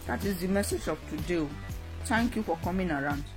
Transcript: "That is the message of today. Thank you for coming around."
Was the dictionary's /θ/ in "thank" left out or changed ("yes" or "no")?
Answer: yes